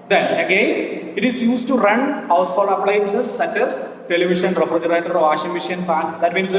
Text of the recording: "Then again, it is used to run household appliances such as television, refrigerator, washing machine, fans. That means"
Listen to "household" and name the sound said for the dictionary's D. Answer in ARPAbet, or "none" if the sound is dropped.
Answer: none